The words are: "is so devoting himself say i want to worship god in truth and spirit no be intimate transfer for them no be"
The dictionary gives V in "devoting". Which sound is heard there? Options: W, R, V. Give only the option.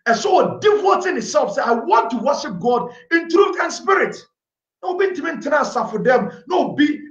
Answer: W